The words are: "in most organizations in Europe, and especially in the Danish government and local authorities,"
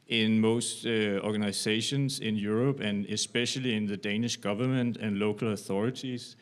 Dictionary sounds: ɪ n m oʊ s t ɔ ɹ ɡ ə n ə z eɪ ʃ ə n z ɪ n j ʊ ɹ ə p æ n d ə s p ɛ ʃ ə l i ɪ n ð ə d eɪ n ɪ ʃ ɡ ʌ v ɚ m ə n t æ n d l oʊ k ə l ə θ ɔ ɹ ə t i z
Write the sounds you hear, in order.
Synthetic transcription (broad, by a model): ɪ n m oʊ s t ɔ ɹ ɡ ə n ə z eɪ ʃ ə n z ɪ n j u ɹ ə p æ n ə s p ɛ ʃ ə l i ɪ n ð ə d eɪ n ɪ ʃ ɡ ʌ v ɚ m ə n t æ n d l oʊ k ə l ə θ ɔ ɹ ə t i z